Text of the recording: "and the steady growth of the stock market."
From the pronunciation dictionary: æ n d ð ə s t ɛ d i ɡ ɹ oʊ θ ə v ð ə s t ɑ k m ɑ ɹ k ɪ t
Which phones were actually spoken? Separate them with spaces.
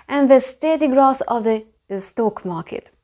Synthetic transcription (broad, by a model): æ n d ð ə s t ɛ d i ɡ ɹ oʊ s ə v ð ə s t ɑ k m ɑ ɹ k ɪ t